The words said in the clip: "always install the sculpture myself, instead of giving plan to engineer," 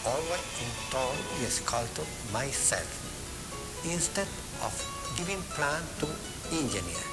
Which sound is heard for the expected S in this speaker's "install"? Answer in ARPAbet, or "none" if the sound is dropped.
none